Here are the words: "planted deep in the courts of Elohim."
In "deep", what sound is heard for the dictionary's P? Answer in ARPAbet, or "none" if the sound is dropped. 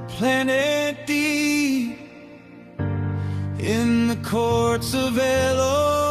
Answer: none